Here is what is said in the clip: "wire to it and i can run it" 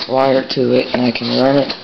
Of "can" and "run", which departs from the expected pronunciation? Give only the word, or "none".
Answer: run